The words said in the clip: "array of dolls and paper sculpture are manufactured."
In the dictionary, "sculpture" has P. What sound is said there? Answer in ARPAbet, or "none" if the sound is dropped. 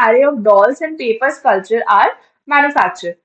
none